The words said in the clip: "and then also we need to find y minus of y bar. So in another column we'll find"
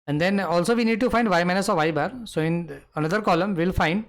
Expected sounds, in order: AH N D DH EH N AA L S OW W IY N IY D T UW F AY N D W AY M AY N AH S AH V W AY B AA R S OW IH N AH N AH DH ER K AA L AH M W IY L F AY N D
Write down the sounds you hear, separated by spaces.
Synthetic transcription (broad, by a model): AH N D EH N AA L S OW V IY N IY D T UW F AY N D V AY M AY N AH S AH V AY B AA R S OW IH N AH N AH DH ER K AA L AH M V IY L F AY N D